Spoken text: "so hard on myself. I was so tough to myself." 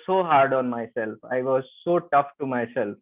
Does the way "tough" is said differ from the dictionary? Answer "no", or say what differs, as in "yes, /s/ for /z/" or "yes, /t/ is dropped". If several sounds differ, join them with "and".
no